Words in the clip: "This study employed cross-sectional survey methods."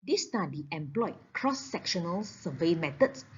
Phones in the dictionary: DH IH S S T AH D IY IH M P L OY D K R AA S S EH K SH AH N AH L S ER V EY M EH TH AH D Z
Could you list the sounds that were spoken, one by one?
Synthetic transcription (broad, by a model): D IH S S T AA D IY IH M P L OY K R AA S S EH K SH AH N AH L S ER V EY M EH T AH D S